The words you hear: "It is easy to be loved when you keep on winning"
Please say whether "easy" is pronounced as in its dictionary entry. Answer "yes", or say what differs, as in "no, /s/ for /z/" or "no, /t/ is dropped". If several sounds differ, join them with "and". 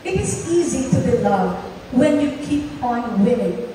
yes